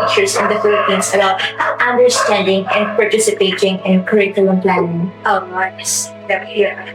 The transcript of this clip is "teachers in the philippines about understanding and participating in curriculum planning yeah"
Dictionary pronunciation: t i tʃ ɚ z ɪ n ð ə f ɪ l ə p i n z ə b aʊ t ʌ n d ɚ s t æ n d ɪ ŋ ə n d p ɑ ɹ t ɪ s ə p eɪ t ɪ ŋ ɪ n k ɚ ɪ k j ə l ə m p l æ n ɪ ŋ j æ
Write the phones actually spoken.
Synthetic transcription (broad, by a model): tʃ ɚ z ɪ n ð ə f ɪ l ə p i n s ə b aʊ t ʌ n d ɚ s t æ n d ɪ ŋ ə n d p ɑ ɹ t ɪ s ə p eɪ t ɪ ŋ ɪ n k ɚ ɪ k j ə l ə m p l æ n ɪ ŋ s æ